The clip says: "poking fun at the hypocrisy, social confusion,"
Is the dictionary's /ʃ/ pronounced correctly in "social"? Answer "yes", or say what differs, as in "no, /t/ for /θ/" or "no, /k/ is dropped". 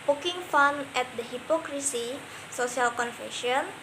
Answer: no, /s/ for /ʃ/